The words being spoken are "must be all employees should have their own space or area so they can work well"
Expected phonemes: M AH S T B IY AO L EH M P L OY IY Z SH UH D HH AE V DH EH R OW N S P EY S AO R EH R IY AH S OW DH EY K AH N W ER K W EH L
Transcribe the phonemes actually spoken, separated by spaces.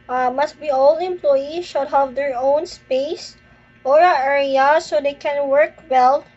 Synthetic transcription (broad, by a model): M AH S T B IY AO L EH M P L OY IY SH UH D HH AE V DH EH R OW N S P EY S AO R EH R IY AH S OW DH EY K AH N W ER K W EH L